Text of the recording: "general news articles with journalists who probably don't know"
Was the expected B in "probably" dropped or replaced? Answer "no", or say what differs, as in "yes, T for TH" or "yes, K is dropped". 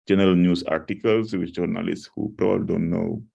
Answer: yes, B is dropped